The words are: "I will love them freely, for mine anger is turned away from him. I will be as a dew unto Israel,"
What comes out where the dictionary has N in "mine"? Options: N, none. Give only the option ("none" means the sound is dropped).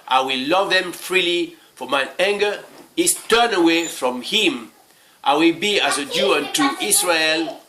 none